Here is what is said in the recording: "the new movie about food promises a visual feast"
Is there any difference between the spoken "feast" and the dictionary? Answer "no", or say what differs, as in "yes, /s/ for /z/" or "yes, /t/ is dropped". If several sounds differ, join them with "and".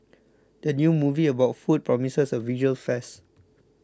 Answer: yes, /t/ is dropped